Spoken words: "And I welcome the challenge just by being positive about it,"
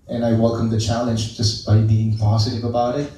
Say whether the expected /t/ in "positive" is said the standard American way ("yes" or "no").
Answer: yes